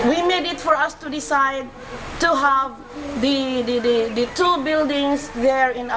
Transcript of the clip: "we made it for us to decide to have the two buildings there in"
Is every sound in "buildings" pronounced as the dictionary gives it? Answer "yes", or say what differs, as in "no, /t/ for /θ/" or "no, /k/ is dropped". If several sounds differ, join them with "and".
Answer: no, /s/ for /z/